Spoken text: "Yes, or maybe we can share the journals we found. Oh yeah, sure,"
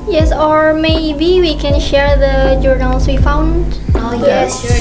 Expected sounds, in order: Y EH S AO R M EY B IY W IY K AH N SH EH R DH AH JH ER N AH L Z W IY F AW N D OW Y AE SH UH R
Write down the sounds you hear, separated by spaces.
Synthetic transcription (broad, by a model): Y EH S AO R M EY B IY W IY K AH N SH EH R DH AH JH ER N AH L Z W IY F AW N D OW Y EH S